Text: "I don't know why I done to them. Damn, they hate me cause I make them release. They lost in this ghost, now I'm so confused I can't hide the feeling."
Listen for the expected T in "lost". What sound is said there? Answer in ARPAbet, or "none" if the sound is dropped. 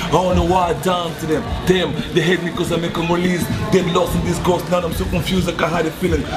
none